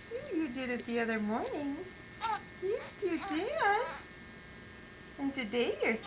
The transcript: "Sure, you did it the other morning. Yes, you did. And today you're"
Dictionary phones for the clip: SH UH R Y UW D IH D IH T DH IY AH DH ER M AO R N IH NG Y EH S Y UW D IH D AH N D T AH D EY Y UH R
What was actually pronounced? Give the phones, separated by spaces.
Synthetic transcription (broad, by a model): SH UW Y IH D IH D IH T DH IY AH DH ER M AO R N IH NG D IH Y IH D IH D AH N T AH D EY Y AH R